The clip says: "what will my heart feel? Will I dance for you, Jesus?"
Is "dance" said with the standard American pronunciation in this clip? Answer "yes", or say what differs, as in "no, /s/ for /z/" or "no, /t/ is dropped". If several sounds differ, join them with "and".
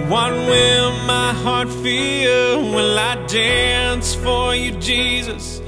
yes